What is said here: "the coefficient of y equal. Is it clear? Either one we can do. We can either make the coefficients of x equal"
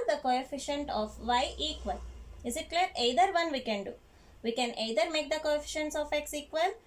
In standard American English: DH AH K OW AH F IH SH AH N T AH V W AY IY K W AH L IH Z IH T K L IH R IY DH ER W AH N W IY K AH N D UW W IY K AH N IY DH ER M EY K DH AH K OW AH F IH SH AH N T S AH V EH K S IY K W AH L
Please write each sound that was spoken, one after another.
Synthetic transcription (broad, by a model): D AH K OW AH F IH SH AH N T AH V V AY IY K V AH L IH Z IH T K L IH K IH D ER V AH N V IY K AH N D UW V IY K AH N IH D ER M EY K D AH K OW AH F IH SH AH N T S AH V EH K S IY K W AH L